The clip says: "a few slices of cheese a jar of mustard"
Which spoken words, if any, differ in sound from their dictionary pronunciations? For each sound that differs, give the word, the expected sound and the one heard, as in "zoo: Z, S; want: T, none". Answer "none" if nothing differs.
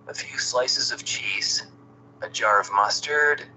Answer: none